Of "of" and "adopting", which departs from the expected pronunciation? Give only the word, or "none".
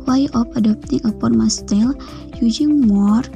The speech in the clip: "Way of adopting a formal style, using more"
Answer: of